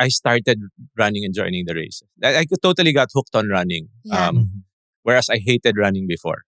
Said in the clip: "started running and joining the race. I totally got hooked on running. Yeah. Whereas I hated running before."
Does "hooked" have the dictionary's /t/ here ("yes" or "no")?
yes